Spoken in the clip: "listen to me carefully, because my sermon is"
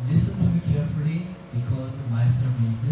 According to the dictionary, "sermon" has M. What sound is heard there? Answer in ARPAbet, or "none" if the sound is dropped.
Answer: none